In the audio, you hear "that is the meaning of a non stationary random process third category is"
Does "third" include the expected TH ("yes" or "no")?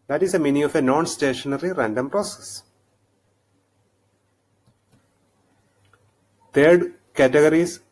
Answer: no